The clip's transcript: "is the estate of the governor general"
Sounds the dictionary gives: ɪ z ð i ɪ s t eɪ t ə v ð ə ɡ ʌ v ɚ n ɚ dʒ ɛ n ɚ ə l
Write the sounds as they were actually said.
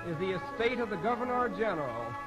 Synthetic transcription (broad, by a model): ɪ z ð i ɪ s t eɪ t ə v ð ə ɡ ʌ v ɚ n ɚ dʒ ɛ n ɚ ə l